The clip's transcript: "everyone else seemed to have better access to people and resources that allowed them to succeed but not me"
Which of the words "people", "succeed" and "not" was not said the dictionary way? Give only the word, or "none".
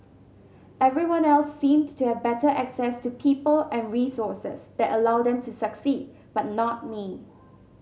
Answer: none